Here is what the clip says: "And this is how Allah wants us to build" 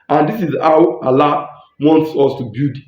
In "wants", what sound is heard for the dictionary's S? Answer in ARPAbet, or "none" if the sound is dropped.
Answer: S